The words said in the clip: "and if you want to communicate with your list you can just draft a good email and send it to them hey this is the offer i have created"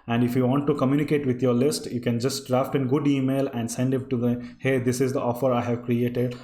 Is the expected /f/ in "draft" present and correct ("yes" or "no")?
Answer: yes